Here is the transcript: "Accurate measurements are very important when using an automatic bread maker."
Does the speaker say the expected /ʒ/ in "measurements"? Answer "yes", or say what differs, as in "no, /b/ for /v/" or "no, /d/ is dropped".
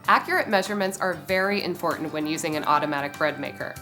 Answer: yes